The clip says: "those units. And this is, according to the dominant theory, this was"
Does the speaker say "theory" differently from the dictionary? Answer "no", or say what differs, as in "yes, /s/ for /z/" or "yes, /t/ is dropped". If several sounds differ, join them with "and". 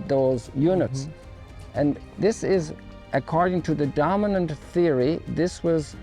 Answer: no